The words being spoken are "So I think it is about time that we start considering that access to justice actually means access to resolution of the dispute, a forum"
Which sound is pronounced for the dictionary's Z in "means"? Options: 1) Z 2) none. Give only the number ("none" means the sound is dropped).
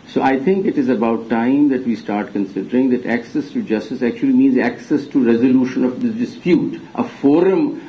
1